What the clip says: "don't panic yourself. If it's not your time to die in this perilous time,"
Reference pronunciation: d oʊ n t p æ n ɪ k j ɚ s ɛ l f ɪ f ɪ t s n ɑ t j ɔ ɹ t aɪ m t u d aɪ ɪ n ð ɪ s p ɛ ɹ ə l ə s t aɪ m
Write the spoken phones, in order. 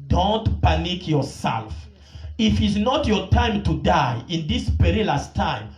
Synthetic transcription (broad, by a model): d oʊ n t p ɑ n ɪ k j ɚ s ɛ l f ɪ f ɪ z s n ɑ t j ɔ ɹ t aɪ m t u d aɪ ɪ n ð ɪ s p ɛ ɹ ə l ə s t aɪ m